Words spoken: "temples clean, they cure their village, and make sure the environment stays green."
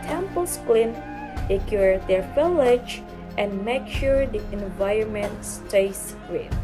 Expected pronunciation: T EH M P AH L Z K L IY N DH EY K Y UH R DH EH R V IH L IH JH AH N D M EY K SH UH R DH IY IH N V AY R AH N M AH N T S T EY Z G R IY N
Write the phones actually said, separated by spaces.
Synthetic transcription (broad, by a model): T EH M P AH L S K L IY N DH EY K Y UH R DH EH R F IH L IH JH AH N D M EY K SH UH R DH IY IH N V AY R AH N M AH N T S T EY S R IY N